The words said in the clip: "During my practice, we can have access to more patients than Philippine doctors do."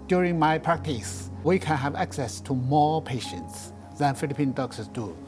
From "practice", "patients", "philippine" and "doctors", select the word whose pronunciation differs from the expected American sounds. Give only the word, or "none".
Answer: doctors